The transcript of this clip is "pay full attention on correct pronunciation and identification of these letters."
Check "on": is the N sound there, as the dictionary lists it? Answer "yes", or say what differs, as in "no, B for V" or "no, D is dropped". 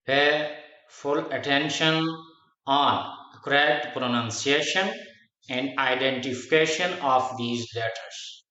yes